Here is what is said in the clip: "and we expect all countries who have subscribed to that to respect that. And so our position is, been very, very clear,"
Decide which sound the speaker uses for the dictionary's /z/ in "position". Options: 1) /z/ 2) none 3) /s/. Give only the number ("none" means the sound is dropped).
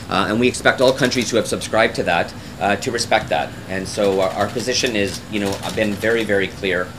1